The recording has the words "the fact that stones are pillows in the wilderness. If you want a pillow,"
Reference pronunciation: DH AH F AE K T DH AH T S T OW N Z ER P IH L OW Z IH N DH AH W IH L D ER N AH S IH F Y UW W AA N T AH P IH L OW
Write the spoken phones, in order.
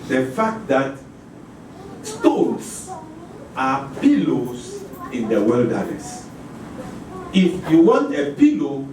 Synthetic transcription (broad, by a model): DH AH F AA K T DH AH T S T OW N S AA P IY L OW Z IH N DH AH W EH L D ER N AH S IH F Y UW W AA N T AH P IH L OW